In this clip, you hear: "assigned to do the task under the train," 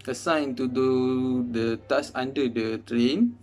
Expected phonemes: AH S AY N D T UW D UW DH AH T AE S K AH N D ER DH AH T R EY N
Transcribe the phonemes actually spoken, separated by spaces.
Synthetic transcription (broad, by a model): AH S AY N T UW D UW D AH T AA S AA N D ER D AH T R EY N